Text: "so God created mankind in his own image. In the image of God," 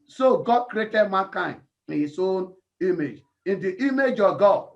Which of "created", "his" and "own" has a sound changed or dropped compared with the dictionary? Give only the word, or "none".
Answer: his